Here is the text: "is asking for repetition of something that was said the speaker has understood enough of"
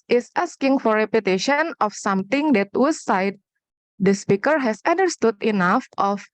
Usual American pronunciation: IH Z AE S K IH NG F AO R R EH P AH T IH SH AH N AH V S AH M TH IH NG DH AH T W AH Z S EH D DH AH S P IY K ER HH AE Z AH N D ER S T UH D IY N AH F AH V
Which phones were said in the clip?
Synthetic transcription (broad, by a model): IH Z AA S K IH NG F AO R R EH P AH T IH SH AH N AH F S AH M T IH NG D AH T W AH S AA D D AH S P IY K ER HH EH S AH N D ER S T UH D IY N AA F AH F